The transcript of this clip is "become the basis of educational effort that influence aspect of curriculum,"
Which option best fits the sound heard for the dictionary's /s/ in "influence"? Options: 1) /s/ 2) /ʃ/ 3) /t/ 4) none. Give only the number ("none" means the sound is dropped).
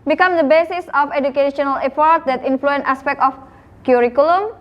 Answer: 4